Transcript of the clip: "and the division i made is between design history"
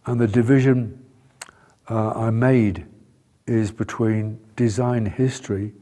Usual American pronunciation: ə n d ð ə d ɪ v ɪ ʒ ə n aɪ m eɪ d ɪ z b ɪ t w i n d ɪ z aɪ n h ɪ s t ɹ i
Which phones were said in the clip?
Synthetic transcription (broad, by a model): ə n ð ə d ɪ v ɪ ʒ ə n aɪ m eɪ d ɪ z b ɪ t w i n d ɪ z aɪ n h ɪ s t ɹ i